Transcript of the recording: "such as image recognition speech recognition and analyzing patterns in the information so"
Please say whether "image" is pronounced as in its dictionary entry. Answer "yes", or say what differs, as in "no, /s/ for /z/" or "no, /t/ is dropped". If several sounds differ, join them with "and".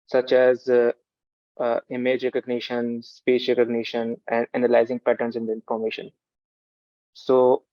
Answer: yes